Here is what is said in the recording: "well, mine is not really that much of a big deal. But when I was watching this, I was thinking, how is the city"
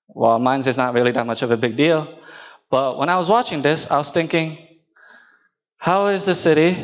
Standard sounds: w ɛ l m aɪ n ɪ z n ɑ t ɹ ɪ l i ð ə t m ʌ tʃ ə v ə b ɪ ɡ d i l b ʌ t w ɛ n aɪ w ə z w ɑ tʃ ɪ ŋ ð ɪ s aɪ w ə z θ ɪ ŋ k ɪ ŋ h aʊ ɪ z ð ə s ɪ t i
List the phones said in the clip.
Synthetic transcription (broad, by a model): w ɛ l m aɪ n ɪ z n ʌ t ɹ ɪ l i ð ə t m ʌ tʃ ə v ə b ɪ ɡ d i l b ʌ t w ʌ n aɪ w ə z w ɑ tʃ ɪ ŋ ð ɪ s aɪ w ə z θ ɪ ŋ k ɪ ŋ h aʊ ɪ z ð ə s ɪ t i